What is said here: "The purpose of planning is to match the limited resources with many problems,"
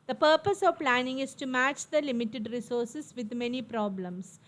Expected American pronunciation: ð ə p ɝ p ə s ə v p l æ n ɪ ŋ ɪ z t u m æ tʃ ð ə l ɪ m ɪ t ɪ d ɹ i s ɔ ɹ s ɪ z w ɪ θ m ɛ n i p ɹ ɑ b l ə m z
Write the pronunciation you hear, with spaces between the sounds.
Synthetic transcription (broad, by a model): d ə p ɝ p ə s ə v p l æ n ɪ ŋ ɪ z t u m æ tʃ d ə l ɪ m ɪ t ɪ d ɹ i s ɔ ɹ s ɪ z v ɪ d m ɛ n i p ɹ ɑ b l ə m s